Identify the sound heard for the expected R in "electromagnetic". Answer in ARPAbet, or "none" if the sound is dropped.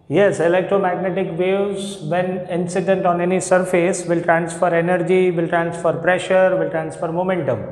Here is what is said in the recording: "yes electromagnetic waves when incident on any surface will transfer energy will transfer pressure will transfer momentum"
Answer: none